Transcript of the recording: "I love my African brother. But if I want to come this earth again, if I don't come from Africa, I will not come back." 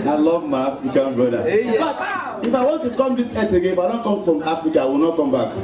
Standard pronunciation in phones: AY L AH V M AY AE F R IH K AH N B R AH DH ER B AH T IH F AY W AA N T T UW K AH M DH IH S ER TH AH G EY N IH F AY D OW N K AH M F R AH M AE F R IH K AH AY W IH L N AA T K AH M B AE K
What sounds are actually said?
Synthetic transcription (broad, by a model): AY L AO V M AY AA F R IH K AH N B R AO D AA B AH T IH F AY W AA N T T UW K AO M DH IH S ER T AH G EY IH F AY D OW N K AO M F R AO M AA F R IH K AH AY W IH L N AA T K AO M B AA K